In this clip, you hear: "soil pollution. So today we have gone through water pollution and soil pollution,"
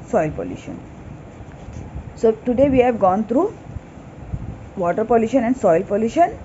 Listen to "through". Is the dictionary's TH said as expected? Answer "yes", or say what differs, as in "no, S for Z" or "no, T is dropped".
no, T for TH